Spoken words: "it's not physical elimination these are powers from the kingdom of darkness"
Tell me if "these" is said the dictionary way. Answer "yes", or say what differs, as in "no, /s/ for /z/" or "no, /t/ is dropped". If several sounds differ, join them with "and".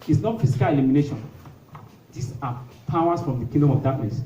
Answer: no, /s/ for /z/